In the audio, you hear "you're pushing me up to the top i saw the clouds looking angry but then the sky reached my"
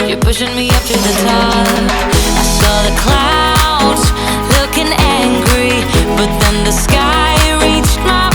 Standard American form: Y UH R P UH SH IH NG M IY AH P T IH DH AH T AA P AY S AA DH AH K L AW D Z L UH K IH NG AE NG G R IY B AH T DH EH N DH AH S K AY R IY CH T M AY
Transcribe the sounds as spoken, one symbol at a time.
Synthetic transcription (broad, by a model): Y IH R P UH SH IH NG M IY AH P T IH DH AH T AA AY S AA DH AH K L AW D Z L UH K IH NG AE NG G R IY B AH T DH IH N DH AH S K AY R IY CH T M AY